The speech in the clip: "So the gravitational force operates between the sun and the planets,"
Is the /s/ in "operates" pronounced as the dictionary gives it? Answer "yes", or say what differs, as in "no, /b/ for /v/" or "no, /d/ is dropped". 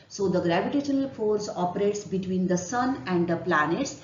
yes